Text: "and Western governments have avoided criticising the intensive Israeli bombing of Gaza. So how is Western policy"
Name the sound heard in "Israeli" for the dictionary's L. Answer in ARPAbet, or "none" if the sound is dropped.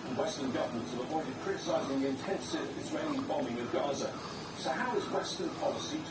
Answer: N